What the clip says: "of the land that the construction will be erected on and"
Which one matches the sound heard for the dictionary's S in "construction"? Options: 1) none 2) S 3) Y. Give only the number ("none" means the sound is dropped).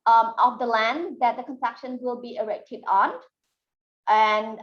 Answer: 1